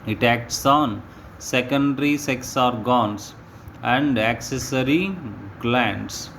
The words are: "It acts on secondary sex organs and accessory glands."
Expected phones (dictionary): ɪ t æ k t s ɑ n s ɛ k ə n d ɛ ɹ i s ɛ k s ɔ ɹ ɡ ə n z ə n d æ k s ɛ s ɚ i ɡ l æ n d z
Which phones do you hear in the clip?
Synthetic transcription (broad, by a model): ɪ t æ k t s ɑ n s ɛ k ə n d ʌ ɹ i s ɛ k s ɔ ɹ ɡ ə n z ə n d æ k s ɛ s ɚ i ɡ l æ n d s